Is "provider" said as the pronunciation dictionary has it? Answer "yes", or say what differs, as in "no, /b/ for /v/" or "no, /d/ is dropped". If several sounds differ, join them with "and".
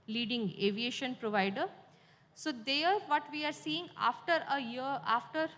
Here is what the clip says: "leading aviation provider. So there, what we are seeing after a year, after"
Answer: yes